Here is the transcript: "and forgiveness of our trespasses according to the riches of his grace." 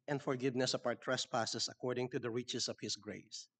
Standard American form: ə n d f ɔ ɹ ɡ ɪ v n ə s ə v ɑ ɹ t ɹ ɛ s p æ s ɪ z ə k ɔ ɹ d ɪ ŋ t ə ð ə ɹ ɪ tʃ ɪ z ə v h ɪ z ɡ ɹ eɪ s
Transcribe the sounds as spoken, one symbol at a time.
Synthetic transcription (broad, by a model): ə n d f ɔ ɹ ɡ ɪ v n ə s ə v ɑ w t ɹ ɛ s p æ s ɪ s ə k ɔ ɹ d ɪ ŋ t ə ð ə ɹ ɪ tʃ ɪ s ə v h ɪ s ɡ ɹ eɪ s